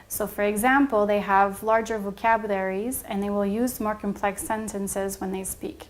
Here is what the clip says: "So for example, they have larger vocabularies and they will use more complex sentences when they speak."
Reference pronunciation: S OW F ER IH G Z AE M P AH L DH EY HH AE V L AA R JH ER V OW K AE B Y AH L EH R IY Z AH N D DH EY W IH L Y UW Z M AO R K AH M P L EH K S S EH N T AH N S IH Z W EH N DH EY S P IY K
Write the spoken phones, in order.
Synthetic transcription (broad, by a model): S OW F ER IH G Z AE M P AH L DH EY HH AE V L AA R JH ER V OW K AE B Y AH L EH R IY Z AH N DH EY W IH L Y UW Z M AO R K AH M P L EH K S S EH N T AH N S IH Z W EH N DH EY S P IY K